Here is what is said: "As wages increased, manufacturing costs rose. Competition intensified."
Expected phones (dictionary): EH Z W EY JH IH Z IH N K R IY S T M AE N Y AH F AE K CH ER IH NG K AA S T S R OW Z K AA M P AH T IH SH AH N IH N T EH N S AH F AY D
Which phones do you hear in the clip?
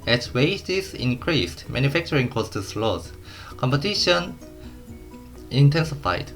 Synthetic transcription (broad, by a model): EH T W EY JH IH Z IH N K R IY S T M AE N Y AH F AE K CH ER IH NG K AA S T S L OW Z K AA M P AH T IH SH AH N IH N T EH N S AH F AY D